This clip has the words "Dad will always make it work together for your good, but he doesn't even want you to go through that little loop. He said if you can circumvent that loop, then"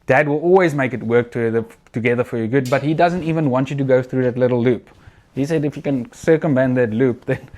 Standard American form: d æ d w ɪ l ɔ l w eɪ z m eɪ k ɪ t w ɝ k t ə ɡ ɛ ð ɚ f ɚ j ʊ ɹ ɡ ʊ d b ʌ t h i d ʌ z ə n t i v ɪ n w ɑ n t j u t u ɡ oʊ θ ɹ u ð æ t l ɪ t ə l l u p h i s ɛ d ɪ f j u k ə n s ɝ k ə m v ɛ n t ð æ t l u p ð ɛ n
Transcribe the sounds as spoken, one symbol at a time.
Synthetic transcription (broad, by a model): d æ d w ɪ l ɔ l w eɪ z m eɪ k ɪ t w ɝ k t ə ɡ ɛ ð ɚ f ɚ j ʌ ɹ ɡ ʊ d b ʌ t h i d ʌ z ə n t i v ɪ n w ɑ n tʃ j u t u ɡ oʊ θ ɹ u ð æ t l ɪ t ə l l u p h i s ɛ d ɪ f j u k ə n s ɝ k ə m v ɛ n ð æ t l u p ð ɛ n